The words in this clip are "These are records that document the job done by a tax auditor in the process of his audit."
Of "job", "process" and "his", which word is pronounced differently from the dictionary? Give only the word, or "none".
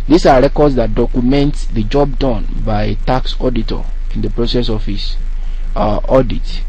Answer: his